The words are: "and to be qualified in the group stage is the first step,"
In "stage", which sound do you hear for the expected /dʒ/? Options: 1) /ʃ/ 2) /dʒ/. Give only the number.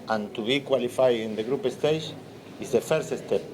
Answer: 1